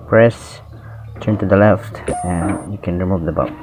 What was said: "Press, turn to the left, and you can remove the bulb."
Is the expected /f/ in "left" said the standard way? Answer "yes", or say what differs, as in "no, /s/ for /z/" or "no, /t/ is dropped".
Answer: yes